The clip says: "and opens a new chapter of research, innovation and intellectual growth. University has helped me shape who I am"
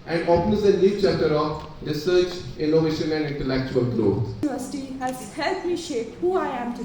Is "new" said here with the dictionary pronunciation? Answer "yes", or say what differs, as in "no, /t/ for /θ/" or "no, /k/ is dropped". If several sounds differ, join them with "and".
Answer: no, /l/ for /n/